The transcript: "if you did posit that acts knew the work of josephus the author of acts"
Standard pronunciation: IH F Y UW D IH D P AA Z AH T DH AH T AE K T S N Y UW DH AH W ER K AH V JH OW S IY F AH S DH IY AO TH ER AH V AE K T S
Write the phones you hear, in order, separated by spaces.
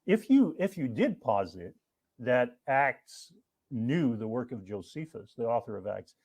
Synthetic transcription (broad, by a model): IH F Y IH D IH D P AA Z AH T DH AH T AE K T S N Y UW DH AH W ER K AH V JH OW S IY F AH S DH IY AO TH ER AH V AE K T S